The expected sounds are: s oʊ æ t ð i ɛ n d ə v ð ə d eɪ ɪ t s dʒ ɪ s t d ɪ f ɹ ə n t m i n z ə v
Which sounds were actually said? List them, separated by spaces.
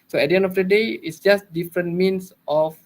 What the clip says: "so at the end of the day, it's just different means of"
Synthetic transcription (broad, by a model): s oʊ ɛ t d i ɛ n d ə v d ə d eɪ ɪ t s dʒ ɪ s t d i f ɹ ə n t m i n s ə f